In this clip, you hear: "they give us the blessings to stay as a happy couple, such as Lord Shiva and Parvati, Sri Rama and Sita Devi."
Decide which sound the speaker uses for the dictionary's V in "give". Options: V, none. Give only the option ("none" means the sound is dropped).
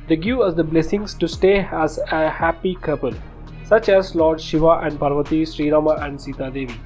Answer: none